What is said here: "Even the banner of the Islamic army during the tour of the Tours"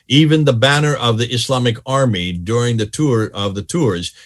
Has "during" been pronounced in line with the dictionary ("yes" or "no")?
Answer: yes